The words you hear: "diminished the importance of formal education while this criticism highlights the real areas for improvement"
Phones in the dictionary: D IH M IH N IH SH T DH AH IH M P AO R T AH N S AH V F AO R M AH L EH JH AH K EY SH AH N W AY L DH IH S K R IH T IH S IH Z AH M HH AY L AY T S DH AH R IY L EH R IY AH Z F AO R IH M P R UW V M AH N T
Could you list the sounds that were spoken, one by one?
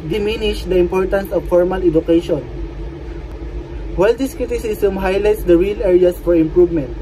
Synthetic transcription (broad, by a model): D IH M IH N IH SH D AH IH M P AO R T AH N S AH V F AO R M AH L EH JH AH K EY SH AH N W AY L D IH S K R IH T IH S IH S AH M HH AY L AY T S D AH R IY L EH R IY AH S F AO R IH M P R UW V M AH N T